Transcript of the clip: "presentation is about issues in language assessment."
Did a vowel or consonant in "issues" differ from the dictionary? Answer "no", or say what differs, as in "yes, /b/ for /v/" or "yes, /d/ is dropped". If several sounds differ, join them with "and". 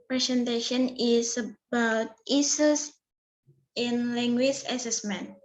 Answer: yes, /s/ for /ʃ/ and /s/ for /z/